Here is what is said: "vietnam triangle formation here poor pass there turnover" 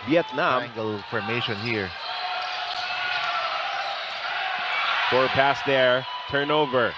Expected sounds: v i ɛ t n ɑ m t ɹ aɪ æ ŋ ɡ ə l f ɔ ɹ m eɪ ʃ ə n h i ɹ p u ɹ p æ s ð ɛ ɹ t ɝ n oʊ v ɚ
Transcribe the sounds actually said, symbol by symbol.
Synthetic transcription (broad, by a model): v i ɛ t n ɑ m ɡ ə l f ɔ ɹ m eɪ ʃ ə n h i ɹ f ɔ ɹ p æ s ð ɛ ɹ t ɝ n oʊ v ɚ